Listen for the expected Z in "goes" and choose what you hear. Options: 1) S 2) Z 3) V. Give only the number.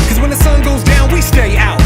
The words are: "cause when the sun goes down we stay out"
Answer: 2